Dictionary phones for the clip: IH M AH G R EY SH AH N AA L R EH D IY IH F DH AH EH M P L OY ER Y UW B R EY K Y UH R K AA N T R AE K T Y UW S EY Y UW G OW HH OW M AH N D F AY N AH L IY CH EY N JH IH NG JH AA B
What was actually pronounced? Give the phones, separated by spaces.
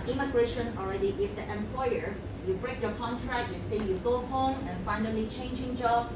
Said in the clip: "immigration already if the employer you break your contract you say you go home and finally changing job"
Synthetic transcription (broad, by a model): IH M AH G R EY SH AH N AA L R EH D IY IH F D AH EH M P L OY ER Y UW B R EY K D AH K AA N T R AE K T Y UW S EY Y UW G OW HH OW M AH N F AY N AH L IY CH EY N JH IH NG JH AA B